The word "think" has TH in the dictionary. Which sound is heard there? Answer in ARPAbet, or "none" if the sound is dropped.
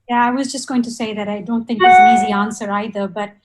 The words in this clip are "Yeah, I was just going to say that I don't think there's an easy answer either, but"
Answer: TH